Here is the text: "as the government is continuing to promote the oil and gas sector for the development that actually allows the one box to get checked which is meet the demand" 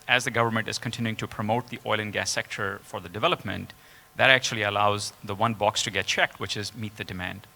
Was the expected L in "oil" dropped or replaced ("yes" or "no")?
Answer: no